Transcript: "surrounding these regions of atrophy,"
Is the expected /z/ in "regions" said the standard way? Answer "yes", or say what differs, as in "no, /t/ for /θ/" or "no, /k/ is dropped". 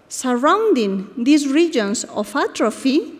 no, /s/ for /z/